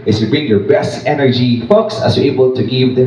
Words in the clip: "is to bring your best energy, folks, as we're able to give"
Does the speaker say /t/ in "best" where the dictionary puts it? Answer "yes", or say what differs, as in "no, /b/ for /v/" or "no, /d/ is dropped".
yes